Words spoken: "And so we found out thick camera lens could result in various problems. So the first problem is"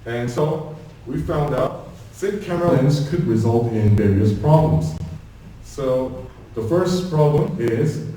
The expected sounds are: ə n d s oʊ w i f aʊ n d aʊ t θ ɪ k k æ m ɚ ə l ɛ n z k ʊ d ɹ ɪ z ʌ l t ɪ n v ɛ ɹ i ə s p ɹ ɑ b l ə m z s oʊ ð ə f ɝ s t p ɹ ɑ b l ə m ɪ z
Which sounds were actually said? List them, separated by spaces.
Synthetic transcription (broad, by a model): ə n s oʊ w i f aʊ n d aʊ t s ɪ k k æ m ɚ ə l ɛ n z k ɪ d ɹ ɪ z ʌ l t ɪ n v ɛ ɹ i ə s p ɹ ɑ b l ə m z s oʊ ð ə f ɝ s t p ɹ ɑ b l ə m ɪ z